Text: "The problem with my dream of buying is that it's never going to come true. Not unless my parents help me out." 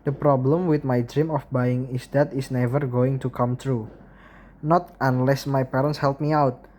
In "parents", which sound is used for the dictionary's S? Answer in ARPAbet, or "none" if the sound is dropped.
S